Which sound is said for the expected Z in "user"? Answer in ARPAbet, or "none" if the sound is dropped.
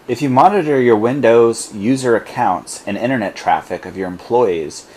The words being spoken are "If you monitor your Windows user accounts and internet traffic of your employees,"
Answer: Z